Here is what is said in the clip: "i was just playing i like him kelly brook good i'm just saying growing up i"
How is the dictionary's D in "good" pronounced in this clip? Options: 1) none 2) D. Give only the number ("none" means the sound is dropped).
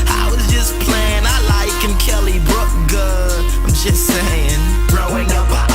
1